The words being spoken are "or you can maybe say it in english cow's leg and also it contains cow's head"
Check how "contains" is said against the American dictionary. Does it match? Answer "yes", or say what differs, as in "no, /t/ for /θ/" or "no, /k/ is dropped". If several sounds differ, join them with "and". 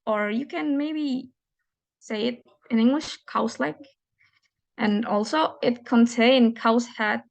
no, /z/ is dropped